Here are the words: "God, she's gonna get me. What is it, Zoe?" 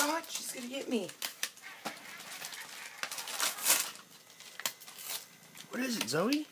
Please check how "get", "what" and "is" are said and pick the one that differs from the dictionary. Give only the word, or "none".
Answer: none